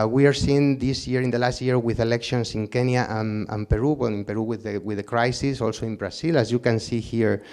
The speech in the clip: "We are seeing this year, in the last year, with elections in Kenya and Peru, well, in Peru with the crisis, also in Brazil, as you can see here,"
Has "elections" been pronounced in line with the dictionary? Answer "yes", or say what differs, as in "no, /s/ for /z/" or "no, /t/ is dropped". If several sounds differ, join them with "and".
no, /s/ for /z/